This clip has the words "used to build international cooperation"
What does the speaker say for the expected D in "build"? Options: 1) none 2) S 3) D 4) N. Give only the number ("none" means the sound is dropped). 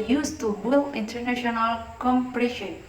1